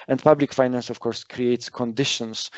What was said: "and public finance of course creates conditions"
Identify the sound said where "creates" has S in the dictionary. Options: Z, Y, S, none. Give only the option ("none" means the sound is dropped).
S